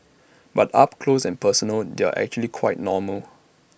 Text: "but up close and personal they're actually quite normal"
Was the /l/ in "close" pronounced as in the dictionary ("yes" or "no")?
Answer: yes